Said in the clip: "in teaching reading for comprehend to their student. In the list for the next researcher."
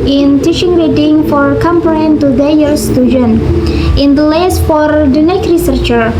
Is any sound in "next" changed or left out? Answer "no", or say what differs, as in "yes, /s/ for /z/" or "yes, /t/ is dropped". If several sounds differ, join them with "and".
yes, /s/ is dropped